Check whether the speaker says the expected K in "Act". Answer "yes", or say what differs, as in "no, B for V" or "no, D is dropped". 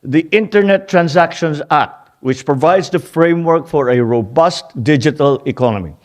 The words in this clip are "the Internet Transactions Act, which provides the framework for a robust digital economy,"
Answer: no, K is dropped